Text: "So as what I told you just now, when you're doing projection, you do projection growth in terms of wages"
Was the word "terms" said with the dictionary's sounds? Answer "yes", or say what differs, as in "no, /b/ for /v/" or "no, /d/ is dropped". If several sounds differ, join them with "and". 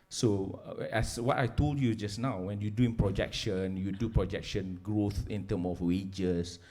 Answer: no, /z/ is dropped